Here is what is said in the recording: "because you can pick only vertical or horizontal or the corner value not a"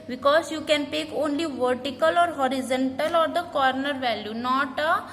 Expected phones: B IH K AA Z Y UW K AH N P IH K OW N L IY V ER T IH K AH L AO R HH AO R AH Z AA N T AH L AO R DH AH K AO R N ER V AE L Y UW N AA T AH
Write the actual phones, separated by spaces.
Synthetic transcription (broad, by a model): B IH K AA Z Y UW K AH N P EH K OW N L IY V ER T IH K AH L AO R HH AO R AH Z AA N T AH L AO R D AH K AO R N ER V AE L Y UW N AA T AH